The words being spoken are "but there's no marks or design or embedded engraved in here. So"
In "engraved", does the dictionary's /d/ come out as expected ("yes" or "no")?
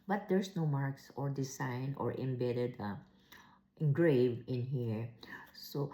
no